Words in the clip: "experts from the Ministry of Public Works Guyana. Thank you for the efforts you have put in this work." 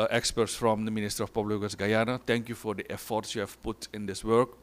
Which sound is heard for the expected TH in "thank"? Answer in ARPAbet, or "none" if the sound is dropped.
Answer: T